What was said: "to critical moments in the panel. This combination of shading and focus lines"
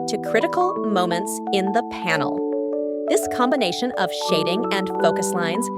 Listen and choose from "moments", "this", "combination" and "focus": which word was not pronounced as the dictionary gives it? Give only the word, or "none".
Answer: none